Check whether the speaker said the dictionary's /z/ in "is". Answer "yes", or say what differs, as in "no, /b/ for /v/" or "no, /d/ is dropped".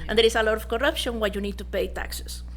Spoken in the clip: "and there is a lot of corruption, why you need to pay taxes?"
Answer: no, /s/ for /z/